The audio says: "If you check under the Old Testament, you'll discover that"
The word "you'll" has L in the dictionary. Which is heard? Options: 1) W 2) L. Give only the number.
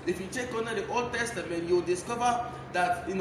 1